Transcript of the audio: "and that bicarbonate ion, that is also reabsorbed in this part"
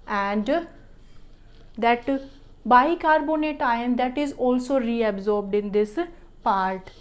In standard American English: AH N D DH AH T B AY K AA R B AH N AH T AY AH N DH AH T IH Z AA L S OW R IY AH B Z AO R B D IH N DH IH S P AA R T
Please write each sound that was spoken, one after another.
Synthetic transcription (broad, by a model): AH N D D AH T B AY K AA R B AH N AH T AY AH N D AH T IH Z AA L S OW R IY AH B Z AO R B D IH N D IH S P AA R T